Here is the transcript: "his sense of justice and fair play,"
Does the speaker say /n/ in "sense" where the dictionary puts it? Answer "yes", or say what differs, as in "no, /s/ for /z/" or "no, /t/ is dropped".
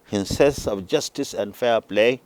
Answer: no, /n/ is dropped